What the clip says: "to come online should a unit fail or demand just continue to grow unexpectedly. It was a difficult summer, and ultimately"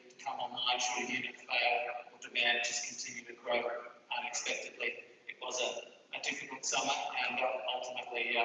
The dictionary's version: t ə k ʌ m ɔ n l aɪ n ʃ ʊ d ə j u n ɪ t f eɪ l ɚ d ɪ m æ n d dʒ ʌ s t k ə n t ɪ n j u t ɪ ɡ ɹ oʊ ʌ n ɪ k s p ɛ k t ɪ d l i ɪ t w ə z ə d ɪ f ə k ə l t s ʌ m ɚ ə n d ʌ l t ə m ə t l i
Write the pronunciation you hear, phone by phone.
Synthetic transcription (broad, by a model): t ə k ʌ m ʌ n aɪ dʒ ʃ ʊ ə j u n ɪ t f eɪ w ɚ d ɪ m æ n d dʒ ʌ s k n t ɪ n j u t ɪ ɡ ɹ oʊ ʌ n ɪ k s p ɛ k t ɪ d l i ɪ t w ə z ə d ɪ f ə k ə l t s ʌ m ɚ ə n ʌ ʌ l t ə m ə t l i